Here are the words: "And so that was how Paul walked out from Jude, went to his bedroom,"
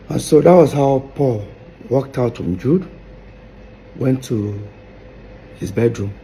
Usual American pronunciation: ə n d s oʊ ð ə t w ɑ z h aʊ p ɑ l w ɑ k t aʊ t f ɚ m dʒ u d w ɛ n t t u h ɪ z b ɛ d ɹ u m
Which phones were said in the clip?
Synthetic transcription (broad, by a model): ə n s oʊ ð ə t w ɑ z h aʊ p ɑ l w ɑ k t aʊ t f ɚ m dʒ u d w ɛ n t t u h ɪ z b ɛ d ɹ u m